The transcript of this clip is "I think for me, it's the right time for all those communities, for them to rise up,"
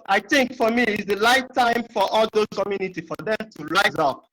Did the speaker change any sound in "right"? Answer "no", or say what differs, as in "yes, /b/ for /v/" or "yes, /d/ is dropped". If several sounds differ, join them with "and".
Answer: yes, /l/ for /ɹ/